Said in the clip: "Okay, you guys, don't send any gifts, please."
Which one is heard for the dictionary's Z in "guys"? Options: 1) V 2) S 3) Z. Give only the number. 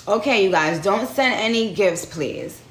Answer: 3